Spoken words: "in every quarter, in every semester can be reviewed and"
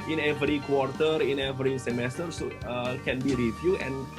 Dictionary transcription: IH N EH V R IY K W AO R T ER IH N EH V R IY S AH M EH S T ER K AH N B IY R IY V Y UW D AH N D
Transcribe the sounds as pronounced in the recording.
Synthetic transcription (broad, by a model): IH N EH V R IY K W AO R T ER IH N EH V R IY S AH M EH S T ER K AH N B IY R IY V Y UW AH N